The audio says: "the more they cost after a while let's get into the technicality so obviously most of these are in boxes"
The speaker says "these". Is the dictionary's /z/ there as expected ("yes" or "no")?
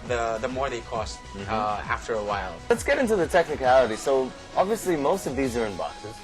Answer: yes